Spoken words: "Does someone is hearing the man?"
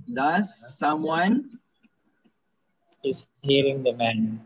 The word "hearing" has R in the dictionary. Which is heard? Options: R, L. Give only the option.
R